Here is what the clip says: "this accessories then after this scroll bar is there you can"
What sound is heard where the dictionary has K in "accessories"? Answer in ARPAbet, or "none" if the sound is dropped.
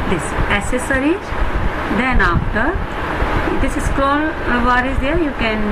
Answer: none